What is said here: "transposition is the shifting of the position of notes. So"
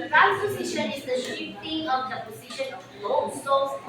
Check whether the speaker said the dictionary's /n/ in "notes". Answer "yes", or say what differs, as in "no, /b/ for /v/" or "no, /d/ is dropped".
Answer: no, /l/ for /n/